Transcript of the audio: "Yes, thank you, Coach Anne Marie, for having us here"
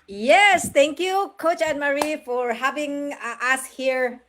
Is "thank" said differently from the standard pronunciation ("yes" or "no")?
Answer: yes